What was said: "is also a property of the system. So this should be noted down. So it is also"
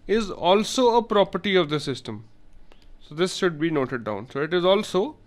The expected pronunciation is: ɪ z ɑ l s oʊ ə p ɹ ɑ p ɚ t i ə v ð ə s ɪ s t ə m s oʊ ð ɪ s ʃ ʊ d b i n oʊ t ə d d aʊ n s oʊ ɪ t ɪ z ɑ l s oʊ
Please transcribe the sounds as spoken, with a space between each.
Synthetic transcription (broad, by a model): ɪ z ɑ l s oʊ ə p ɹ ɑ p ɚ t i ə v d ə s ɪ s t ə m s oʊ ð ɪ s ʃ ʊ d b i n oʊ t ə d d aʊ n s oʊ ɪ t ɪ z ɑ l s oʊ